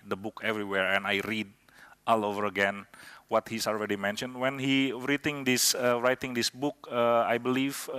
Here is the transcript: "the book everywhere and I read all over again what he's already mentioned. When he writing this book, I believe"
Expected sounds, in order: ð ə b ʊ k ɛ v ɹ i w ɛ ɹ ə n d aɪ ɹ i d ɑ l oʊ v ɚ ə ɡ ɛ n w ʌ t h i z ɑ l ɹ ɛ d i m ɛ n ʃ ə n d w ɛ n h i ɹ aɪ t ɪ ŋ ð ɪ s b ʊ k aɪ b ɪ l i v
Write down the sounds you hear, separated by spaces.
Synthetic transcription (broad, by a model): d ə b ʊ k ɛ v ɹ i w ɛ ɹ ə n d aɪ ɹ i d ɑ l oʊ v ɚ ə ɡ ɛ n w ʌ t h i s ɑ l ɹ ɛ d i m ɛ n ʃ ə n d w ɛ n h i ɹ aɪ t ɪ ŋ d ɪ s b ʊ k aɪ b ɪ l i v